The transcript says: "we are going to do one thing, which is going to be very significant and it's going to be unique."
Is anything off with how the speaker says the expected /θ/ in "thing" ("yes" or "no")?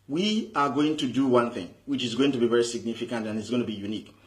no